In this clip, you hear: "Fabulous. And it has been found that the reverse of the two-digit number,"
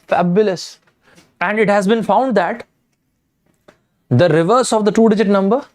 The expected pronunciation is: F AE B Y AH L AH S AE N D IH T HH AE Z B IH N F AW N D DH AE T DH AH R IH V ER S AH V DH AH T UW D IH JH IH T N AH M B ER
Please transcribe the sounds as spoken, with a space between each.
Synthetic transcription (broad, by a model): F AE B Y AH L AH S AE N D IH T HH AE Z B IH N F AW N D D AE T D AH R IH V ER S AH V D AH T UW D IH JH IH T N AH M B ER